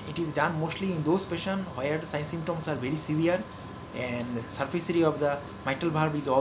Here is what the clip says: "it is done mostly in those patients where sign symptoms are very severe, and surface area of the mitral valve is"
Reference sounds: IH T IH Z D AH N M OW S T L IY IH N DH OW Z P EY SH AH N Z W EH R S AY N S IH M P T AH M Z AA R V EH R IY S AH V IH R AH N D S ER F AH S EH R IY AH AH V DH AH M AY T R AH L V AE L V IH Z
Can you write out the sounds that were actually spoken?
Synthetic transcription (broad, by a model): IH T IH Z D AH N M OW S T L IY IH N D OW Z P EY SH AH N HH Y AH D S AY N S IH M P T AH M S AA R V EH R IY S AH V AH R AH N D S ER F AH S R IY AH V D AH M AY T AH L B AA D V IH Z